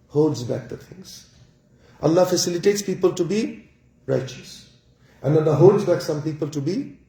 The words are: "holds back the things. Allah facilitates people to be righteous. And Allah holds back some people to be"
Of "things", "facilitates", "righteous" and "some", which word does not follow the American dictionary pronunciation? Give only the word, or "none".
things